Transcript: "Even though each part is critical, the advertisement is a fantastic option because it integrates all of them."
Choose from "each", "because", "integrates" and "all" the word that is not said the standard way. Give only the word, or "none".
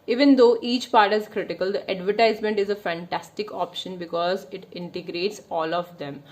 none